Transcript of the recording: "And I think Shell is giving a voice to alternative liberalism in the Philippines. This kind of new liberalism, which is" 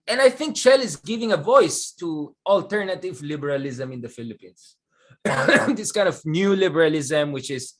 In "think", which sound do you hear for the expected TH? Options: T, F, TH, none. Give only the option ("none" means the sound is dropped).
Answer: TH